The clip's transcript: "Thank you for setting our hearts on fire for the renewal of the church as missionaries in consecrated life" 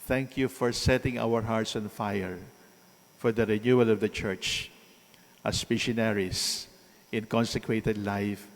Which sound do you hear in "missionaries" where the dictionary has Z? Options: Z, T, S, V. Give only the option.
S